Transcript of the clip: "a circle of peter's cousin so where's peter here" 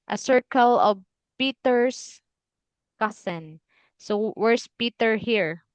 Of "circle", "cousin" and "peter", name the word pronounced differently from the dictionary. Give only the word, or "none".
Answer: cousin